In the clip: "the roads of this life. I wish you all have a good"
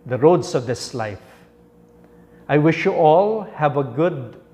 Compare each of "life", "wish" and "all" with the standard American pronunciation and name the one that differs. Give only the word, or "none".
none